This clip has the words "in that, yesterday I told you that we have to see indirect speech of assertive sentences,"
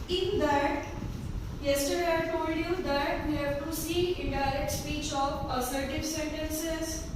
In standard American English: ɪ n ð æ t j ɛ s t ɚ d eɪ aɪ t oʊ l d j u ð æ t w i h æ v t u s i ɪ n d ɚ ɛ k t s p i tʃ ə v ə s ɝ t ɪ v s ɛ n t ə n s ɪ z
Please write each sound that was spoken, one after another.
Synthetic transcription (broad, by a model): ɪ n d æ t j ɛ s t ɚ d eɪ aɪ t oʊ l d j u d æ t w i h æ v t u s i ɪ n d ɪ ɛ k t s p i tʃ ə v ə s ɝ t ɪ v s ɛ n t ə n s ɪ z